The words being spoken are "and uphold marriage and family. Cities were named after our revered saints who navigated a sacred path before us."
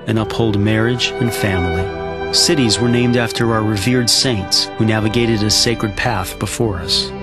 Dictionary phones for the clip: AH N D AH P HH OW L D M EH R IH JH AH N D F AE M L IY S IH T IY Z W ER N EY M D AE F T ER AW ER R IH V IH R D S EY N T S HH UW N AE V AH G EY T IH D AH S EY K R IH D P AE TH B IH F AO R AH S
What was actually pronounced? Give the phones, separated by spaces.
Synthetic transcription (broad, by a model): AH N AH P HH OW L D M EH R IH JH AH N F AE M L IY S IH T IY Z W ER N EY M D AE F T ER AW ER R IH V IH R D S EY N T S HH UW N AE V AH G EY T IH D AH S EY K R IH D P AE TH B IH F AO R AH S